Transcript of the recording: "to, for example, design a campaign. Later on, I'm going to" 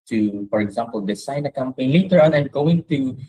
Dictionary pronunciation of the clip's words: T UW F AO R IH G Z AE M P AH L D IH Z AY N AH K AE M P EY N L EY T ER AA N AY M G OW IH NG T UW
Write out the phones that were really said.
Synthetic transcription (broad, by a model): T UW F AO R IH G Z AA M P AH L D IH S AY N AH K AE M P EY N L EY T ER AA N AY M G OW IH NG T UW